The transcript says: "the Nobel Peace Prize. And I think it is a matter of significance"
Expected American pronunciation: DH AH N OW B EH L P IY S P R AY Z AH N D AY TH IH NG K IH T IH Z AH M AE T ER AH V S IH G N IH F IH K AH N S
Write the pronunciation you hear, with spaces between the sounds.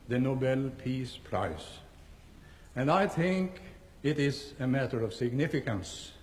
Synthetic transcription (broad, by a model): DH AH N OW B EH L P IY S P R AY S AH N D AY TH IH NG K IH T IH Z AH M AE T ER AH V S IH G N IH F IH K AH N S